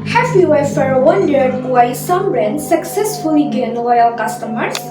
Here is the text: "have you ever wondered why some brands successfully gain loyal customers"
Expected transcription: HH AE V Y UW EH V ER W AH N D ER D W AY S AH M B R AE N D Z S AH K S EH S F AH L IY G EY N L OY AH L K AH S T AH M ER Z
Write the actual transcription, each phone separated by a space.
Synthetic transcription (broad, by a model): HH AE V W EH F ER W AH N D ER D W AY S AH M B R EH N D S AH K S EH S F AH L IY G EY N L OY AH L K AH S T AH M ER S